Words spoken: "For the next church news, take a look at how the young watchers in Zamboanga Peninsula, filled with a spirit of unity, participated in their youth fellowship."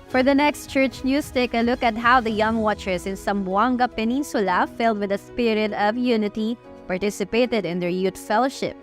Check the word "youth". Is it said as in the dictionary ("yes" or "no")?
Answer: no